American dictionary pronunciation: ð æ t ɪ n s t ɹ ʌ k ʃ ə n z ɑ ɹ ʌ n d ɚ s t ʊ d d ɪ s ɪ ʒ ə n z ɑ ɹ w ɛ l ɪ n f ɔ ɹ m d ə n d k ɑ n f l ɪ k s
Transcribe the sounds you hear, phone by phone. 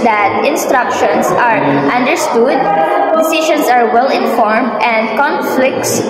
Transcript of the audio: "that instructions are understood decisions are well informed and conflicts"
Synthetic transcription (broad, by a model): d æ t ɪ n s t ɹ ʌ k ʃ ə n s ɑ ɹ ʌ n d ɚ s t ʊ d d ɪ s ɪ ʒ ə n s ɑ ɹ w ɛ l ɪ n f ɔ ɹ m d ə n d k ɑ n f l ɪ k s